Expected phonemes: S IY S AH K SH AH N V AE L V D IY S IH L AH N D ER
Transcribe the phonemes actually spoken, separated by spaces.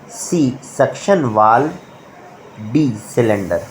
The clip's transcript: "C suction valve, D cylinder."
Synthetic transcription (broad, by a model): S IY S AH K SH AH N V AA L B IY S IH L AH N D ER